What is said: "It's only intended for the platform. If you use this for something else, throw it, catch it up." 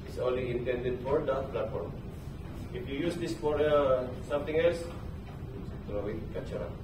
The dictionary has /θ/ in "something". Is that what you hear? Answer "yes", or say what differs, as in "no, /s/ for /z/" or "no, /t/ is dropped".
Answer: no, /t/ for /θ/